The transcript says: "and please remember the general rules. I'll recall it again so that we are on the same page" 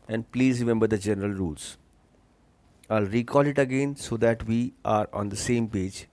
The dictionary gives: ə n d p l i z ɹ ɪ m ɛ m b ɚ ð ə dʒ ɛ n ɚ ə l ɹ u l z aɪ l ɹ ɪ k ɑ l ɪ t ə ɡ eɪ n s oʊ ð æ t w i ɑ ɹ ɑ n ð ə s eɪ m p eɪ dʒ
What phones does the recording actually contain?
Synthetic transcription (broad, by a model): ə n d p l i z ɹ ɪ m ɛ m b ɚ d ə dʒ ɛ n ɚ ə l ɹ u l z aɪ l ɹ ɪ k ɑ l ɪ t ə ɡ eɪ n s oʊ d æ t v i ɑ ɹ ɑ n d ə s eɪ m p eɪ dʒ